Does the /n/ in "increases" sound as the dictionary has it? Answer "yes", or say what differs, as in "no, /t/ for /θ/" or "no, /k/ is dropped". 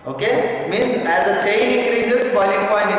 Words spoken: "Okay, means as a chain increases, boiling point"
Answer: no, /n/ is dropped